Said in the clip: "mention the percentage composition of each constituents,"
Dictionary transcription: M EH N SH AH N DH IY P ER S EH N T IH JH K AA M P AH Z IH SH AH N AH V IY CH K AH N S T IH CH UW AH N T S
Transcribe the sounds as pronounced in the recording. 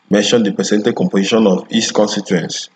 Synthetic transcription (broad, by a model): M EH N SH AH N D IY P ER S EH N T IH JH K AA M P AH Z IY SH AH N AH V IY S K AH N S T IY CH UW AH N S